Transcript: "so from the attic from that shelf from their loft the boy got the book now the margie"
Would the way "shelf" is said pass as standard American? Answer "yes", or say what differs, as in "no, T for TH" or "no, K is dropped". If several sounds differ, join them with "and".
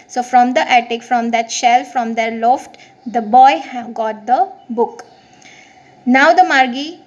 yes